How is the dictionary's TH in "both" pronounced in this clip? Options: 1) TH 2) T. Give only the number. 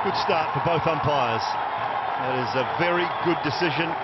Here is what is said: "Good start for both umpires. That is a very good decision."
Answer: 1